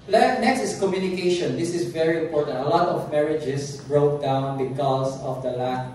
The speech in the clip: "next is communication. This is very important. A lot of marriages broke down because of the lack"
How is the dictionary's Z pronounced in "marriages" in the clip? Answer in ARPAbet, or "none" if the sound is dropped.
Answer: S